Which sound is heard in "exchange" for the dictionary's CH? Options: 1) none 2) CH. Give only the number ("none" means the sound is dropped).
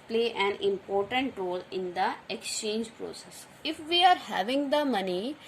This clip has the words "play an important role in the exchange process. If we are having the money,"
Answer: 2